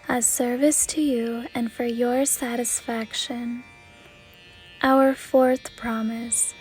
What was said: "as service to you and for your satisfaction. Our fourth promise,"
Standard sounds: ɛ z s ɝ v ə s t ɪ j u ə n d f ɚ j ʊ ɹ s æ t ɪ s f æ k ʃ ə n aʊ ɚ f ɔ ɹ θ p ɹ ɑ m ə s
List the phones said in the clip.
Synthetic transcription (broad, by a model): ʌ s ɝ v ə s t ɪ j u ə n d f ɚ j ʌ ɹ s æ t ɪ s f æ k ʃ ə n aʊ ɚ f ɔ ɹ θ p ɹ ɑ m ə s